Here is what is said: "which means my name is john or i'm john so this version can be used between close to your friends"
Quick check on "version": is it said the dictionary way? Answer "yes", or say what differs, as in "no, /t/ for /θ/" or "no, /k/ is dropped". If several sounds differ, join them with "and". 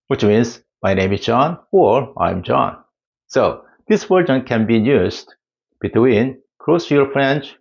no, /w/ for /v/